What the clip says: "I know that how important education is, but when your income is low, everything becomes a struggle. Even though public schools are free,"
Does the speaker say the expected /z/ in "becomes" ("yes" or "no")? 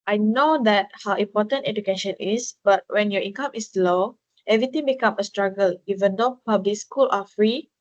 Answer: no